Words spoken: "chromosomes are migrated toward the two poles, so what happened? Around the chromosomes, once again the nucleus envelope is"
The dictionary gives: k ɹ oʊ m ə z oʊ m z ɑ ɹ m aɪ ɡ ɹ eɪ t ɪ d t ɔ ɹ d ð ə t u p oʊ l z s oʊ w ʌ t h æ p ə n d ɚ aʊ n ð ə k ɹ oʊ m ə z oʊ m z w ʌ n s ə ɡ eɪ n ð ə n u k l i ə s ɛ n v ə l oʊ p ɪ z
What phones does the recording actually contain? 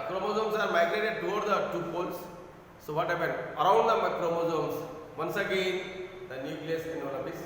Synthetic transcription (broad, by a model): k ɹ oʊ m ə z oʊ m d ɑ ɹ m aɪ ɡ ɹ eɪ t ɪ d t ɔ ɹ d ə t u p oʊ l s s oʊ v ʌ t h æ p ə n d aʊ n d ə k ɹ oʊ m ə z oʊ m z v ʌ n s ə ɡ eɪ n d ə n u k l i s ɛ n ə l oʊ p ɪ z